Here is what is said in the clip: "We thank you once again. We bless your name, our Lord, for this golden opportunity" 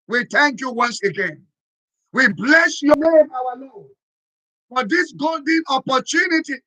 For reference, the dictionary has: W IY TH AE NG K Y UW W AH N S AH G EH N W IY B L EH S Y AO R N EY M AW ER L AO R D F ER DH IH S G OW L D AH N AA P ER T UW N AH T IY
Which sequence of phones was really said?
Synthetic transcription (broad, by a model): W IY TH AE NG K Y UW W AH N S AH G EH N W IY B L EH S Y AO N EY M AW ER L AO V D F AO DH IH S G OW L D AH N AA P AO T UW N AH T IY